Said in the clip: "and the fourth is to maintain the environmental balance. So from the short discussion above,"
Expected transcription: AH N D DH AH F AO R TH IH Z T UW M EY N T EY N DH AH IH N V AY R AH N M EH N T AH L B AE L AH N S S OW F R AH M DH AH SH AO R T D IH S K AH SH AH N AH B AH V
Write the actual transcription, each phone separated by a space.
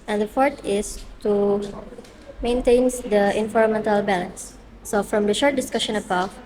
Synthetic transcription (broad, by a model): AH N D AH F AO R T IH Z T UW M EY N T EY N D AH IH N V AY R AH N M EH N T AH L B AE L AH N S S OW F R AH M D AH SH AO R T D IH S K AH SH AH N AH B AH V